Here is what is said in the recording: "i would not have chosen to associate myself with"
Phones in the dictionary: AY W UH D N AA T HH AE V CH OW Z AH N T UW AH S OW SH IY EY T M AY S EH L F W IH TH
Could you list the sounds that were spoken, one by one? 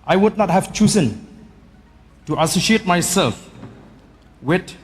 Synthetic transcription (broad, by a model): AY W UH D N AA T HH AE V CH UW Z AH N T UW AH S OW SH IY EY T M AY S EH L F W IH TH